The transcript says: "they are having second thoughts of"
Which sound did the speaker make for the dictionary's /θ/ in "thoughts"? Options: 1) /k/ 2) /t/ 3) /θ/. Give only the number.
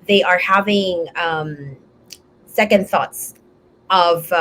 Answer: 3